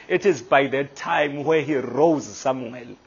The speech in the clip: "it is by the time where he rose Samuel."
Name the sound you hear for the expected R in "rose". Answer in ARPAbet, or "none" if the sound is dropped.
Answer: R